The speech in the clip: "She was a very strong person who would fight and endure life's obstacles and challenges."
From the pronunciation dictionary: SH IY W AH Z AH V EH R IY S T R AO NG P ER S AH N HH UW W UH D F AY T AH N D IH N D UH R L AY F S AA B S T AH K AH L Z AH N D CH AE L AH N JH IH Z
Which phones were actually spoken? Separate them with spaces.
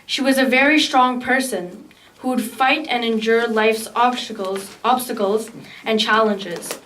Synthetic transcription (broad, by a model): SH IY W AH Z AH V EH R IY S T R AO NG P ER S AH N HH UW W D F AY T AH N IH N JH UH R L AY F S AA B S T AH K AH L Z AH N CH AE L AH N JH IH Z